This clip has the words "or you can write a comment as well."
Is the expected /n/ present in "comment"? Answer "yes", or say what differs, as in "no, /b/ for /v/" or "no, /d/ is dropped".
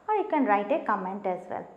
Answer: yes